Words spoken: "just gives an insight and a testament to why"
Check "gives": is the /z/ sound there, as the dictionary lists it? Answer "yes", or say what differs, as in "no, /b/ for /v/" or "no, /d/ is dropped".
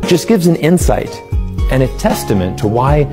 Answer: yes